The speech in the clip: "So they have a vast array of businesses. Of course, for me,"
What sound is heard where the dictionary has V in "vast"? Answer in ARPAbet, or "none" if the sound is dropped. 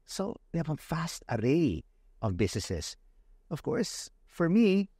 F